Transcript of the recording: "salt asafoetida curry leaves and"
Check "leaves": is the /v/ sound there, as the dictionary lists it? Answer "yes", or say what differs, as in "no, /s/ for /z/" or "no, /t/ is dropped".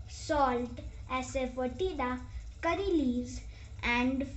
no, /v/ is dropped